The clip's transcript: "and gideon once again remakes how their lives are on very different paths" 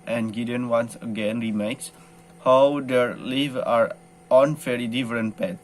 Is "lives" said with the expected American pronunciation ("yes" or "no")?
no